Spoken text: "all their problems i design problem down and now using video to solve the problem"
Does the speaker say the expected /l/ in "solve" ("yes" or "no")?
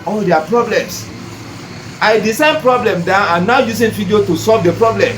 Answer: yes